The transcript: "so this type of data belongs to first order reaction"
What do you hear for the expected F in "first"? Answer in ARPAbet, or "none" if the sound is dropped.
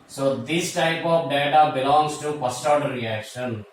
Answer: P